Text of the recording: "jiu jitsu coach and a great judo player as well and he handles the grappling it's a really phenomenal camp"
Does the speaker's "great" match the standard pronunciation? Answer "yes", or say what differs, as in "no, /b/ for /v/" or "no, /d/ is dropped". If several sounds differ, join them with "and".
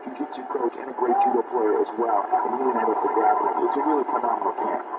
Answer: yes